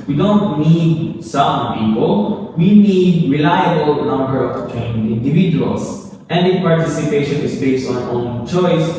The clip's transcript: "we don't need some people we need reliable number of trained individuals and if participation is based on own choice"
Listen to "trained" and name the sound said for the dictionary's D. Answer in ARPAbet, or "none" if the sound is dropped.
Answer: none